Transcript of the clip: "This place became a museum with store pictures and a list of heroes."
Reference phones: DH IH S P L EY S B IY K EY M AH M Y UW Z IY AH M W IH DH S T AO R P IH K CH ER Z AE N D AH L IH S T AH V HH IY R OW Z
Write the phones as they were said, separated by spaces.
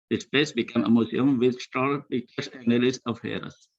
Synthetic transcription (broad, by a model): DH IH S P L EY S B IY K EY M AH M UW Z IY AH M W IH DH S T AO L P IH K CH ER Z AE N AH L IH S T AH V HH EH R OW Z